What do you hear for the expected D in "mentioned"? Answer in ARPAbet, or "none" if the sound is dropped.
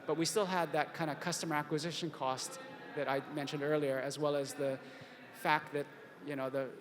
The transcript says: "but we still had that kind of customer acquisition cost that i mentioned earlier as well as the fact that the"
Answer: D